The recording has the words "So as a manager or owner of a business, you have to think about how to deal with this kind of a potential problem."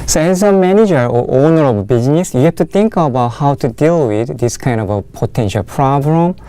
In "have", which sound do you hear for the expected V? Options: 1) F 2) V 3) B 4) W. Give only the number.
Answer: 1